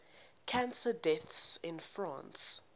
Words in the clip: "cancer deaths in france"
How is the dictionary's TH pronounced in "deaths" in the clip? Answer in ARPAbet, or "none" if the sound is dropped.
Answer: TH